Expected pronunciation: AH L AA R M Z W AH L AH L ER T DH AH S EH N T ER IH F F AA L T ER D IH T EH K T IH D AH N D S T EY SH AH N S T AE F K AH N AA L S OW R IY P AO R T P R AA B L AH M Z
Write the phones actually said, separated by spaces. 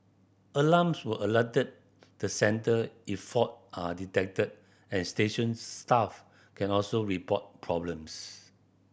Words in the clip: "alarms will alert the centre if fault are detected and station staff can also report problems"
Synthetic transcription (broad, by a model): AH L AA M S W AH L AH L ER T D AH S EH N T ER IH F F AA T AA D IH T EH K T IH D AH N S T EY SH AH N S T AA F K AH N AA L S OW R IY P AO T P R AA B L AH M S